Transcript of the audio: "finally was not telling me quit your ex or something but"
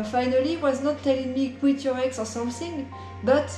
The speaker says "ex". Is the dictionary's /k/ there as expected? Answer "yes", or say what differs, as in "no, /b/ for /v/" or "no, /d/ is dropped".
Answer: yes